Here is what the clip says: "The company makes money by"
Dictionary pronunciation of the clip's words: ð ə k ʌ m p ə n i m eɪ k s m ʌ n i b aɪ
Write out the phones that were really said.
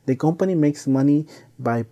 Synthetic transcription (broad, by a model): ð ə k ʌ m p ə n i m eɪ k s m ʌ n i b aɪ